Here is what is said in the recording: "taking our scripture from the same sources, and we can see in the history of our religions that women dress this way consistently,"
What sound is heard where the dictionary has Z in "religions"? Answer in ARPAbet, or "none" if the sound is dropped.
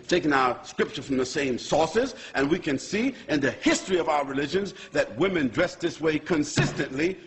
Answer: Z